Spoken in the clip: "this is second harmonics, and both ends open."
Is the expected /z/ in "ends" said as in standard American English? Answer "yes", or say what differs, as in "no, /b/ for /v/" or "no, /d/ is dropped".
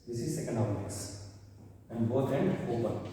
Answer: no, /z/ is dropped